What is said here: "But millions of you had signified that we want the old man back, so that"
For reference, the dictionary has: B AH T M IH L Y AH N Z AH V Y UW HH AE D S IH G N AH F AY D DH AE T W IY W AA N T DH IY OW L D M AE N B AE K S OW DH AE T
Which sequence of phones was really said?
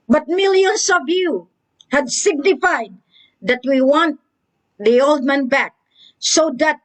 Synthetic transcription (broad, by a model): B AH T M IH L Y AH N S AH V Y UW HH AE D S IH G N AH F AY D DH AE T W IY W AA N T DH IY OW L D M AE N B AE K S OW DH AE T